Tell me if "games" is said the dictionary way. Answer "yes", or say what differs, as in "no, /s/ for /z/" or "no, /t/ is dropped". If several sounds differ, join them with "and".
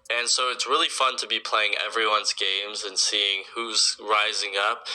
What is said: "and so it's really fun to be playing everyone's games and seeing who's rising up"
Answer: yes